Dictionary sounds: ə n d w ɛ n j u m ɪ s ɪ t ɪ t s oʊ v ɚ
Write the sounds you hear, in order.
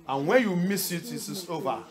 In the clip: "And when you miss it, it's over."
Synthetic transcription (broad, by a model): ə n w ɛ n j u m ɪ s ɪ t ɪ s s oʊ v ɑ